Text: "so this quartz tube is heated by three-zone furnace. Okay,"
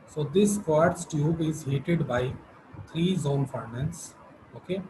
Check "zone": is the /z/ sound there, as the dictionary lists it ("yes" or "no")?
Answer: yes